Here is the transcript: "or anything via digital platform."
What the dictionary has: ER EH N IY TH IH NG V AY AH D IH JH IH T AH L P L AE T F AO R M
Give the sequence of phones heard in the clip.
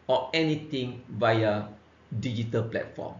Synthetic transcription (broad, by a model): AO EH N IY T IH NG V AY AH D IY JH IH T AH L P L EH T F AO M